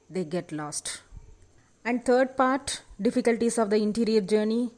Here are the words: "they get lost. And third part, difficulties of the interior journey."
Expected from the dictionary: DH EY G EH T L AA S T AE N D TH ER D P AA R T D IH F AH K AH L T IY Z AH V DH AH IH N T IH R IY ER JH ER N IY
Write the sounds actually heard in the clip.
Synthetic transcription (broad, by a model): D EY G EH T L AA S T AE N D T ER D P AA R T D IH F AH K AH L T IY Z AH V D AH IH N T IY R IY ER JH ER N IY